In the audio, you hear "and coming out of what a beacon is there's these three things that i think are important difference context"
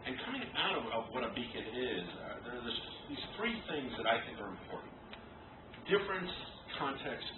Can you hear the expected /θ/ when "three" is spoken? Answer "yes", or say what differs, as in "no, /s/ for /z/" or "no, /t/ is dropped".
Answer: yes